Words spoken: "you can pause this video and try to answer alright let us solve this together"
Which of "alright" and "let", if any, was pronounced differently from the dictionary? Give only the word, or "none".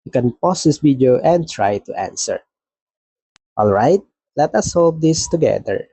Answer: none